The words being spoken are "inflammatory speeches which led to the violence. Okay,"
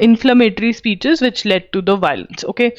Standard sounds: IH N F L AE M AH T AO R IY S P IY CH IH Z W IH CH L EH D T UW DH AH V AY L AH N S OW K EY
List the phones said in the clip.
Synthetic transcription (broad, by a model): IH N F L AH M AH T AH R IY S P IY CH IH Z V IH CH L EH D T UW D AH V AY L AH N S OW K EY